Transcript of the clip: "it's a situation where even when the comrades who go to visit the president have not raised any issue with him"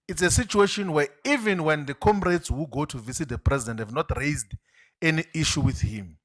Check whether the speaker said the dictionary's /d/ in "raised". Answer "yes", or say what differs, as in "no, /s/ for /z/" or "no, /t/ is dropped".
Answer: yes